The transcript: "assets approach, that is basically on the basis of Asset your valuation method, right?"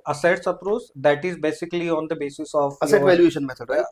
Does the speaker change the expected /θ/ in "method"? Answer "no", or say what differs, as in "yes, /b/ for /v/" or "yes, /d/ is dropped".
yes, /s/ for /θ/